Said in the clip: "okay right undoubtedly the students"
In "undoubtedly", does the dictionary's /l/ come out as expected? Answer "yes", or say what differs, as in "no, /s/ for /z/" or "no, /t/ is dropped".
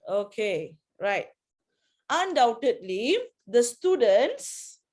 yes